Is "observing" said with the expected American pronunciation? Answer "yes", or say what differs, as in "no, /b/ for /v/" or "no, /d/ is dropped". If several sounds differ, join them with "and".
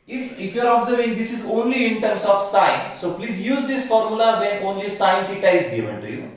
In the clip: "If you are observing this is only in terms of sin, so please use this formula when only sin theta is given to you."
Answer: yes